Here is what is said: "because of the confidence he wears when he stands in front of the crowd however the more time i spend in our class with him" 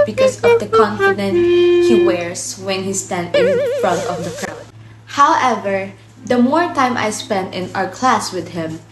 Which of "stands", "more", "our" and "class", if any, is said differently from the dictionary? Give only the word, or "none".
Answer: stands